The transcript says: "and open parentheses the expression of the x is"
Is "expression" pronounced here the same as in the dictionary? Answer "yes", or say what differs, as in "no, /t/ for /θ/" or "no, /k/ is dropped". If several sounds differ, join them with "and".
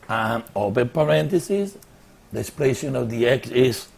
no, /l/ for /ɹ/